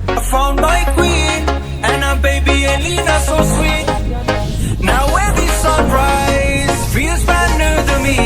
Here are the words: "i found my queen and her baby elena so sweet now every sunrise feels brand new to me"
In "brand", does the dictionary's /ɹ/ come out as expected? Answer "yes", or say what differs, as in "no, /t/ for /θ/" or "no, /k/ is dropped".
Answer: no, /ɹ/ is dropped